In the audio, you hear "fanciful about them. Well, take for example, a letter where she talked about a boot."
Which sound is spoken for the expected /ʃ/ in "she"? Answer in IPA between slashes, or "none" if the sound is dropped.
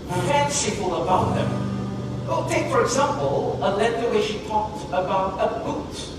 /ʃ/